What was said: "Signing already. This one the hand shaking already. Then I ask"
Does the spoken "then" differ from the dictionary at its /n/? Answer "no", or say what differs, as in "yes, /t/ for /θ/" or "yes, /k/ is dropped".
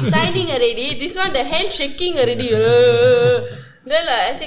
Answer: yes, /l/ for /n/